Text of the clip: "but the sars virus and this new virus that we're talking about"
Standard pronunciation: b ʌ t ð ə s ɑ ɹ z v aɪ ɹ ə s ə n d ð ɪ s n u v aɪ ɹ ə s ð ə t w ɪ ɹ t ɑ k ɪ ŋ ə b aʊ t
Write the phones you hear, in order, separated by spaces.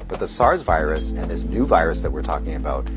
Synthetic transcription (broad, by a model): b ʌ t ð ə s ɑ ɹ z v aɪ ɹ ə s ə n ð ɪ s n u v aɪ ɹ ə s ð ə t w ɪ ɹ t ɑ k ɪ ŋ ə b aʊ t